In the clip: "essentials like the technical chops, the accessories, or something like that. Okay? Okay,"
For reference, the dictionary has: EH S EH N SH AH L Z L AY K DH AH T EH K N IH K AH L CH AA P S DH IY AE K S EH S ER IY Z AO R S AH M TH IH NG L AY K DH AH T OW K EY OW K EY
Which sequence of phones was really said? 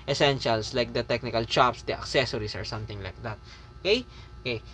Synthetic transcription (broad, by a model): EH S EH N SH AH L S L AY K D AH T EH K N IH K AH L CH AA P S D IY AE K S EH S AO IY S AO R S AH M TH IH NG L AY K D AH T OW K EY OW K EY